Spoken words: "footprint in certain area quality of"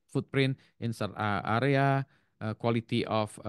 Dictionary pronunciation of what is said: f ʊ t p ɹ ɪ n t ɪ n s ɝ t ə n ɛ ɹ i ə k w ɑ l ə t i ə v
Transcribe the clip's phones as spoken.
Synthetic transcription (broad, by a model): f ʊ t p ɹ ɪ n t ɪ n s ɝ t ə ɑ ɹ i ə k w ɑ l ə t i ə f